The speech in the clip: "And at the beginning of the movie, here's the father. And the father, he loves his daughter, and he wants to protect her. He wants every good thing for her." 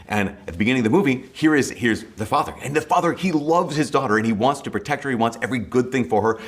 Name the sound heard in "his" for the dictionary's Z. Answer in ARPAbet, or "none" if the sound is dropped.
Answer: Z